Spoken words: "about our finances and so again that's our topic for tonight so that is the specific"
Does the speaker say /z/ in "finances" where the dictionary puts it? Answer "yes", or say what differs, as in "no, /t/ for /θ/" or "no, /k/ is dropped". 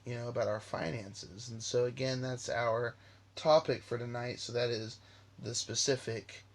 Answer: yes